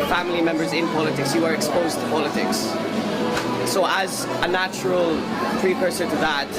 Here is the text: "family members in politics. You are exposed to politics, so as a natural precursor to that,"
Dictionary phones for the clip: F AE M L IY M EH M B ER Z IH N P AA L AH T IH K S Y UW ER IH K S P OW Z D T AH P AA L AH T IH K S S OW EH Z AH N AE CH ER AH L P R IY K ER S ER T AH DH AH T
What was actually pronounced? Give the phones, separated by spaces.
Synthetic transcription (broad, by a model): F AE M L IY M EH M B ER Z IH N P AA L AH T IH K S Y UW ER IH K S P OW Z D T AH P AA L AH T IH K S S OW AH Z AH N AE CH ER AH L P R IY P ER S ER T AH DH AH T